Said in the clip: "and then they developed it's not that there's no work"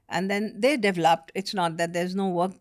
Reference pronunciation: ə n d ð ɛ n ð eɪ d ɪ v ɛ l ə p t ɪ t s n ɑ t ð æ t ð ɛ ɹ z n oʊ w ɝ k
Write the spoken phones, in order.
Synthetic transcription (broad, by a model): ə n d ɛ n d eɪ d ɪ v ɛ l ə p t ɪ t s n ɑ t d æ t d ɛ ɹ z n oʊ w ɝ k